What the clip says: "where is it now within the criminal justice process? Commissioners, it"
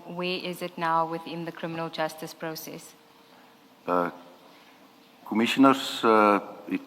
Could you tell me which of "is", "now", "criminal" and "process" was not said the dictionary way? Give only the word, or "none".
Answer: none